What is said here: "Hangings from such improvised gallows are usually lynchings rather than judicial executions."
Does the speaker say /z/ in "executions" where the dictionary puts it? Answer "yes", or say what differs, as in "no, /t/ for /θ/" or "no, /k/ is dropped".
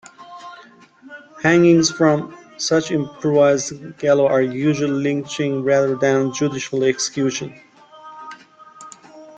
no, /z/ is dropped